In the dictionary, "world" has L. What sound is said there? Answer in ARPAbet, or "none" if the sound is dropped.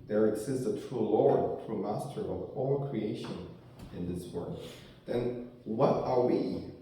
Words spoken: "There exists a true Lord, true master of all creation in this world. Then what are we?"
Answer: none